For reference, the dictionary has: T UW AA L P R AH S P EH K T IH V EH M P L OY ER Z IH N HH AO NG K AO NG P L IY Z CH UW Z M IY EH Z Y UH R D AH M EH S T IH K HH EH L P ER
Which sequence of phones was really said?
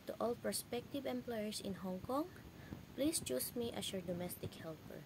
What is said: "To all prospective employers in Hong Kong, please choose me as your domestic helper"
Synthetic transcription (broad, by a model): T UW AA L P R S P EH K T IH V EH M P L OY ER S IH N HH AO NG K AO NG P L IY S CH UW S M IY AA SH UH R D AH M EH S T IH K HH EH L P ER